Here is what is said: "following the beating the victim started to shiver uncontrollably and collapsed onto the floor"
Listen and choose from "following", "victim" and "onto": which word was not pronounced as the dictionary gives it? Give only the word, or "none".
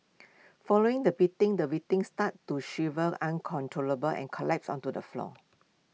victim